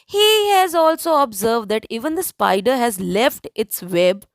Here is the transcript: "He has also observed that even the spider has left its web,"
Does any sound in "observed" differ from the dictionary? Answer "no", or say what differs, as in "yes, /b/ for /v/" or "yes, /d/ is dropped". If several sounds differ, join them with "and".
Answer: no